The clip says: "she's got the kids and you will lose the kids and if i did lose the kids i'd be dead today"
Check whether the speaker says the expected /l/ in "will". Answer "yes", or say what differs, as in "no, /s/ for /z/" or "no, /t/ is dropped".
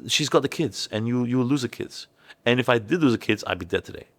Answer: no, /w/ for /l/